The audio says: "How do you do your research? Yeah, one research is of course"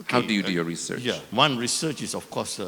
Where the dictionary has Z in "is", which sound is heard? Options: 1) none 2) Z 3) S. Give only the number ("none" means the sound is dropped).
3